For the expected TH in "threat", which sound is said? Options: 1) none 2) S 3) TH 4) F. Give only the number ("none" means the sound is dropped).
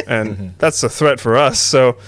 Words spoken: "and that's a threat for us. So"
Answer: 3